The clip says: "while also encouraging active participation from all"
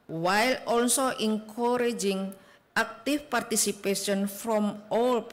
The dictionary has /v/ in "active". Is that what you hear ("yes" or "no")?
no